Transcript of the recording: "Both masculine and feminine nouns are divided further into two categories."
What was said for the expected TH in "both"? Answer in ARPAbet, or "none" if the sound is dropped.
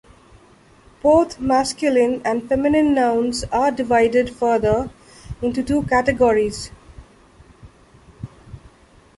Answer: T